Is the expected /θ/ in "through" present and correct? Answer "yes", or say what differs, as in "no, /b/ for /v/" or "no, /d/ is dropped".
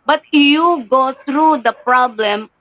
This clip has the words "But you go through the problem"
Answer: no, /t/ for /θ/